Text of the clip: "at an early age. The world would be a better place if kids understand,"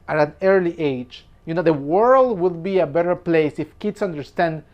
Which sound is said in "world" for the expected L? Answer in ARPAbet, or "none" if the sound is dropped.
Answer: L